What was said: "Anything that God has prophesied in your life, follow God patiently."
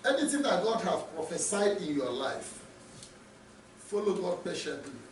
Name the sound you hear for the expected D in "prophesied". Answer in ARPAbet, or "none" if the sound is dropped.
D